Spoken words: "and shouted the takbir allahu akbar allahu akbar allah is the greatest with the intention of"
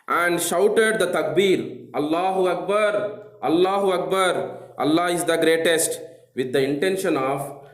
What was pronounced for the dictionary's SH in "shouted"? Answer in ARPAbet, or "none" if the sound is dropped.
SH